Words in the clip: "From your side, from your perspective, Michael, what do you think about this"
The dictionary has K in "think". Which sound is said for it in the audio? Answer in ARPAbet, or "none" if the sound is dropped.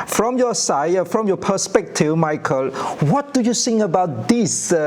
none